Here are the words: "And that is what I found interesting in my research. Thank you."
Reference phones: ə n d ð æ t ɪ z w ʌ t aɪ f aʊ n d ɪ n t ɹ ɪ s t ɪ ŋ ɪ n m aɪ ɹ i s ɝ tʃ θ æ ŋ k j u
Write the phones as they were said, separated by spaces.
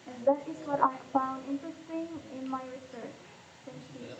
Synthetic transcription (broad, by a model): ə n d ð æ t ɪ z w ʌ t aɪ f aʊ n d ɪ n t ɹ ɪ s t ɪ ŋ ɪ n m aɪ ɹ i s ɝ tʃ s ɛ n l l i